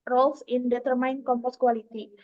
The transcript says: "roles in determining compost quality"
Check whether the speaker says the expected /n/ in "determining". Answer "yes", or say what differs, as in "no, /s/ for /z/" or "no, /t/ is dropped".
no, /n/ is dropped